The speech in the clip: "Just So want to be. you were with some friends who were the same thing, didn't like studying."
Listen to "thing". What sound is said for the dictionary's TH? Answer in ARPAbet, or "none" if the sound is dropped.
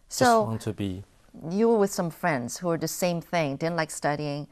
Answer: TH